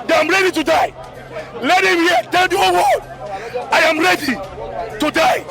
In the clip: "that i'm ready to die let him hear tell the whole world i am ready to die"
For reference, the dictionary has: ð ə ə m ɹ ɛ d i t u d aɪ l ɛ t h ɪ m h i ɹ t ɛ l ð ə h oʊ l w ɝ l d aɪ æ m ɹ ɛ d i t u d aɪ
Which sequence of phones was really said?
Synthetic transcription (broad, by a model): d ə ə m ɹ ɛ d i t u d aɪ l ɛ t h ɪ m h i t ɛ l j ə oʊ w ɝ d aɪ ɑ m ɹ ɛ d i t u d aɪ